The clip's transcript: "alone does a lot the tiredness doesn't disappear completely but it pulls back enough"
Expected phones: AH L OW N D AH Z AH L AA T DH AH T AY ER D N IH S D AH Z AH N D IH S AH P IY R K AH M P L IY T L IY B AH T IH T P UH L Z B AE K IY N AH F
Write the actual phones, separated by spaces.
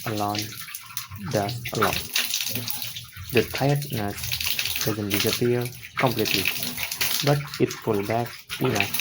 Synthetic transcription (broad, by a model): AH L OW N D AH S AH L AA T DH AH T AY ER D N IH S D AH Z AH N D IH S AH P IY R K AH M P L IY T L IY B AH T IH T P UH L B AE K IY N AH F